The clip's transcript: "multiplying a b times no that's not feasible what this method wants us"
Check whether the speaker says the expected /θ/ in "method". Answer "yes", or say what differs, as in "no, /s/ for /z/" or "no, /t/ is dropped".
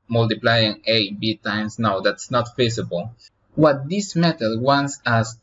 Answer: no, /t/ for /θ/